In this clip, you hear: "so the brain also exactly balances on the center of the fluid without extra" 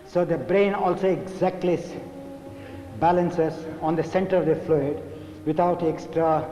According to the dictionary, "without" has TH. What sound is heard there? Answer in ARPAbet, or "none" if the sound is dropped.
T